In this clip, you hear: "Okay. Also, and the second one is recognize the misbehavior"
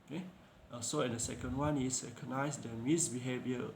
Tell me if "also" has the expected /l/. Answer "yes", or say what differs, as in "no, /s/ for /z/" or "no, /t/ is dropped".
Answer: no, /l/ is dropped